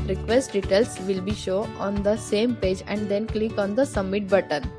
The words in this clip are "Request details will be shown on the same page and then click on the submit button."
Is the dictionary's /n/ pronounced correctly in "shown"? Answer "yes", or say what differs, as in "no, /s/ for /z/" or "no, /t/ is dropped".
no, /n/ is dropped